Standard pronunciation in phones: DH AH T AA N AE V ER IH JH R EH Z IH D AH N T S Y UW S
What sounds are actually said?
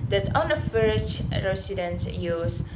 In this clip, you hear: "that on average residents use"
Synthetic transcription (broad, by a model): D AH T AA N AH F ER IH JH R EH S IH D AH N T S Y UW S